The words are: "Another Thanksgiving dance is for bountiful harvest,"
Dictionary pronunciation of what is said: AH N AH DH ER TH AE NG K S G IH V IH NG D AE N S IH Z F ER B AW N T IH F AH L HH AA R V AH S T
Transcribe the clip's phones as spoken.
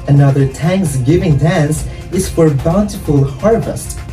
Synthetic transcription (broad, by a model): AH N AH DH ER T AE NG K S G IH V IH NG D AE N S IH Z F ER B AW N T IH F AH L HH AA R V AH S T